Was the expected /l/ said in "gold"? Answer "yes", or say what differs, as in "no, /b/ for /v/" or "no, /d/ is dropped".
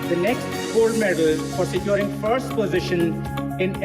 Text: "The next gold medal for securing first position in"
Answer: no, /l/ is dropped